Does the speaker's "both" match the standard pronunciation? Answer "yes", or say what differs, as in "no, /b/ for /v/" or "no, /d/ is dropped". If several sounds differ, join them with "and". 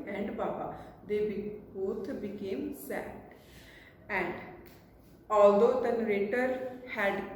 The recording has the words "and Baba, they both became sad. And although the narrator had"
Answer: no, /t/ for /θ/